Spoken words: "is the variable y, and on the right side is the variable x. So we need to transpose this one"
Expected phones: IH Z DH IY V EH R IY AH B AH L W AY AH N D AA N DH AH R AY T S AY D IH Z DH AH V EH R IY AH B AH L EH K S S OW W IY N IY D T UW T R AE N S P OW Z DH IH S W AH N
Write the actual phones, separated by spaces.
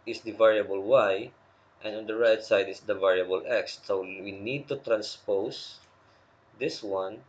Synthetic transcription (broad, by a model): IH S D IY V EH R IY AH B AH L W AY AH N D AA N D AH R AY T S AY D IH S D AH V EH R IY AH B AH L EH K S S OW W IY N IY D T UW T R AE N S P OW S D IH S W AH N